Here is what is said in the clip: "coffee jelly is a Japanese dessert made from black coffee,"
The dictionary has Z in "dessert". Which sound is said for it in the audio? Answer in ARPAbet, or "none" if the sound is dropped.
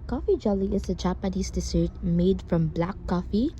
S